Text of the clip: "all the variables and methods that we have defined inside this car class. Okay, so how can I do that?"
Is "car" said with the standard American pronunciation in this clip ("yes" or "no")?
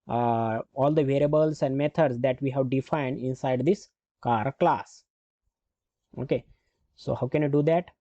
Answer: yes